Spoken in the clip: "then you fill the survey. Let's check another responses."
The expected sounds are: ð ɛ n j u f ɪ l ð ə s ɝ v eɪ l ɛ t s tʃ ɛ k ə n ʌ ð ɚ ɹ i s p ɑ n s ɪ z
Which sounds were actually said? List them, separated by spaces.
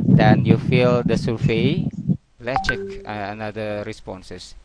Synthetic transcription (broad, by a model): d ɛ n j u f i l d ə s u f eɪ l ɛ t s tʃ ɛ k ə n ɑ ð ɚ ɹ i s p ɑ n s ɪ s